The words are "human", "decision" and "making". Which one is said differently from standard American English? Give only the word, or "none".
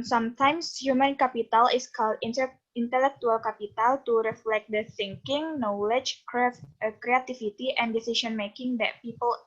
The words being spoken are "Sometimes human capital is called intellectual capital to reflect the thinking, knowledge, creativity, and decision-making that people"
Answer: decision